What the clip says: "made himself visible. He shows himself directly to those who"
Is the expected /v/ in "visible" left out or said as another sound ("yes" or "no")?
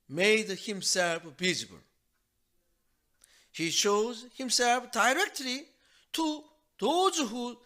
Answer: yes